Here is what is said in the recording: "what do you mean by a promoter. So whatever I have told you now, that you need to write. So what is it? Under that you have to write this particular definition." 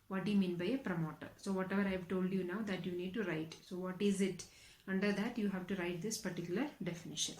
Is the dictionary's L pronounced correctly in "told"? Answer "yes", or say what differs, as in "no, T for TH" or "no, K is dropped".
yes